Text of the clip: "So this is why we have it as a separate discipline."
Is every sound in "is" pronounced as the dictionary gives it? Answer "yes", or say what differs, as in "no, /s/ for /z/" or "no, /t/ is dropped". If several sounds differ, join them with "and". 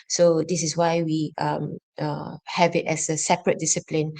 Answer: no, /s/ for /z/